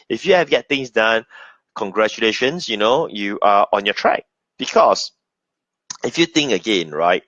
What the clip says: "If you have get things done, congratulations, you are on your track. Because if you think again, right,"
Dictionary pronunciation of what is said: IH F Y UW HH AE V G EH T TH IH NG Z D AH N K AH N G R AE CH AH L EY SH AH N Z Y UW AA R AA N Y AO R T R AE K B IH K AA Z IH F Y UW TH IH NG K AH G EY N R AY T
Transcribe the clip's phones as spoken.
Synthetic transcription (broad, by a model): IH F Y UW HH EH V G EH T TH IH NG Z D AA N K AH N G R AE CH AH L EY SH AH N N Y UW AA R AA N Y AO T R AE K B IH K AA S IH F Y UW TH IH NG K AH G EY N R AY T